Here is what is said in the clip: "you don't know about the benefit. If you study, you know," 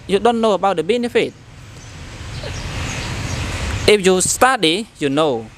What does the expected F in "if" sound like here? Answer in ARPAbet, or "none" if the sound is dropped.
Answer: P